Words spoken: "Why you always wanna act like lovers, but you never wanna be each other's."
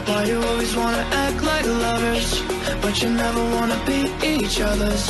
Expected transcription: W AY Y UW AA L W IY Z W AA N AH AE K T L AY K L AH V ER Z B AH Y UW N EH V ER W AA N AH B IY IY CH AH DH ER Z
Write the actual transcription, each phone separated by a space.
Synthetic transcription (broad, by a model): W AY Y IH AA L W IY Z W AA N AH AE K T L AY K L AH V ER Z B AH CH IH N EH V ER W AA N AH B IY IY CH AH DH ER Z